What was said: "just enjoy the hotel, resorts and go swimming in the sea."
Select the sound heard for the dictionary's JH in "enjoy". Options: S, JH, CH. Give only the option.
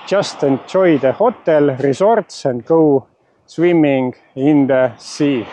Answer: CH